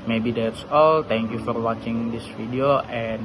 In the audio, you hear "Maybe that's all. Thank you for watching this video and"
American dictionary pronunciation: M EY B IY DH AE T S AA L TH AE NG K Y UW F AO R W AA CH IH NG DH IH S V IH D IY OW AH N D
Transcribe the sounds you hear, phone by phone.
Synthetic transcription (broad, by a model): M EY B IY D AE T S AA L T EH NG K Y UW F AO R W AA CH IH NG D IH S F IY D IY OW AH N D